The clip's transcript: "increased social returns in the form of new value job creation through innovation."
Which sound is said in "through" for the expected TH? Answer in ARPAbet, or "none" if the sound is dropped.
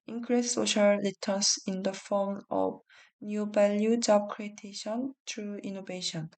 T